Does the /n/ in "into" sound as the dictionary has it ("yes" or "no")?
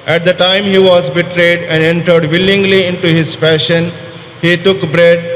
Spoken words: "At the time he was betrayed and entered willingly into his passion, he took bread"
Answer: yes